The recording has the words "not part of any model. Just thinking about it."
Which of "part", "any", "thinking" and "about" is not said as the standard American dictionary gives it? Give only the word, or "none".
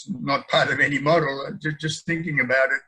none